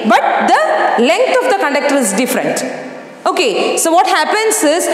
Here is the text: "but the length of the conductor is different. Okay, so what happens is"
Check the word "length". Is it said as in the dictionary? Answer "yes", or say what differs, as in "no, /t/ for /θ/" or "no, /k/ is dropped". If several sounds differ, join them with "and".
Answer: no, /t/ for /θ/